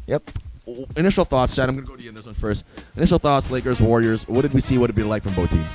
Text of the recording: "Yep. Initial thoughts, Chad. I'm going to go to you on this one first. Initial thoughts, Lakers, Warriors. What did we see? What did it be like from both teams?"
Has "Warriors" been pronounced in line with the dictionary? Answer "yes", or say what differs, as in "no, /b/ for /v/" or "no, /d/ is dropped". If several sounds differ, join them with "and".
yes